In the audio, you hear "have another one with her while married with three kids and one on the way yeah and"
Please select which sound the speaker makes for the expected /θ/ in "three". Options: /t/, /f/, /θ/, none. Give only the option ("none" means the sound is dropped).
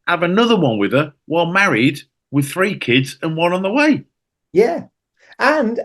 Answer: /θ/